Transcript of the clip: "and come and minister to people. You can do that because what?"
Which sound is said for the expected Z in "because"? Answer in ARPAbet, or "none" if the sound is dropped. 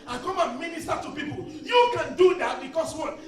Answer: S